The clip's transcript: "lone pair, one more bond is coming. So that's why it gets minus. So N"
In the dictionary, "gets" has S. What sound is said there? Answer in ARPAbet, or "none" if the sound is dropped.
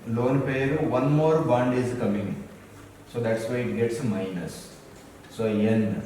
S